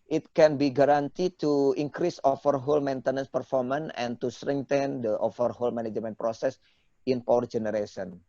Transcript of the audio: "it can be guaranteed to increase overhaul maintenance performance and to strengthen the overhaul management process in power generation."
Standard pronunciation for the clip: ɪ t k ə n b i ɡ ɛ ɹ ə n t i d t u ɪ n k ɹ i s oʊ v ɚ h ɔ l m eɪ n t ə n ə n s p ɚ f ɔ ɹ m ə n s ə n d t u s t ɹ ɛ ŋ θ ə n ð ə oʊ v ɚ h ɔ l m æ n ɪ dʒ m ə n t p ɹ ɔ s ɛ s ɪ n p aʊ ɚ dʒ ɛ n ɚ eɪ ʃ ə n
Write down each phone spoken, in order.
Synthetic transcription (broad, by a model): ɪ t k ə n b i ɡ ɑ ɹ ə n t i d t u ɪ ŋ k ɹ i s oʊ f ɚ h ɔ l m eɪ n t ə n ə n s p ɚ f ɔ ɹ m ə n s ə n t u s t ɹ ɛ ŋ t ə n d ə oʊ f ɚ h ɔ l m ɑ n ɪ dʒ m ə n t p ɹ ɔ s ɛ s ɪ n p aʊ ɚ dʒ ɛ n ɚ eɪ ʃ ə n